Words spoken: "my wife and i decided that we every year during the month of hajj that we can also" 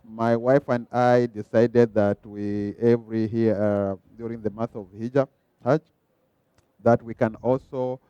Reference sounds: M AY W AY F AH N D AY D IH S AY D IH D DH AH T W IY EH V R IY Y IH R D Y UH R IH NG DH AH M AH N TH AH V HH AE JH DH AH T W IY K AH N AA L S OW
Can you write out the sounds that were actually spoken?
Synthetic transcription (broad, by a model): M AY W AY F AH N D AY D IH S AY D IH D DH AH T W IY EH V R IY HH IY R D Y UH R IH NG DH AH M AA TH AH V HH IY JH DH AH T W IY K AH N AA L S OW